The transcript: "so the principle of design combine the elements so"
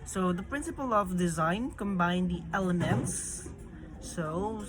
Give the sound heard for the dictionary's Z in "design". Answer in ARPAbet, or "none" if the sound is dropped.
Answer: Z